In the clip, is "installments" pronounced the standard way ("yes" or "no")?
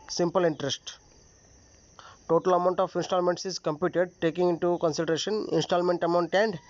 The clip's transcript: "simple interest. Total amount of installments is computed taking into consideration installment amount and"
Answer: yes